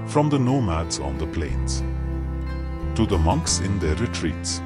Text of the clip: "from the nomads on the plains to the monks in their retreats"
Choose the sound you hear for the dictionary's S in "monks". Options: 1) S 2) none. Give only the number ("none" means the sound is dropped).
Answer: 1